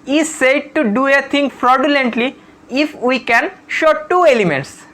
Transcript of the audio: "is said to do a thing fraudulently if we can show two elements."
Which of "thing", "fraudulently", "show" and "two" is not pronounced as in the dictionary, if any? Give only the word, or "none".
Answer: thing